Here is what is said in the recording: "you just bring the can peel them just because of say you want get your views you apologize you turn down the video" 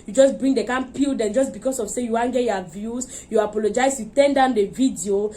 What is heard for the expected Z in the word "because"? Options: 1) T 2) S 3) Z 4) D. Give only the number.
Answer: 2